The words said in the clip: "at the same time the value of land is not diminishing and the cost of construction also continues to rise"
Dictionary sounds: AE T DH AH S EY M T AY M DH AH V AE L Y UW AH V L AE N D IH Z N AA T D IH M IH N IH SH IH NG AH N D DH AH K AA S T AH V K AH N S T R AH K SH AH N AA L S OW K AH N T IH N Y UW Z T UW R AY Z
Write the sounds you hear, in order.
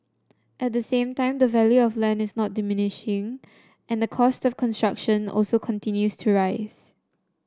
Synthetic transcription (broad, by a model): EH T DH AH S EY M T AY M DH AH V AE L Y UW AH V L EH N IH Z N AA T D IH M IH N IH SH IH NG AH N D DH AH K AA S T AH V K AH N S T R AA K SH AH N AA L S OW K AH N T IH N Y UW S T UW R AY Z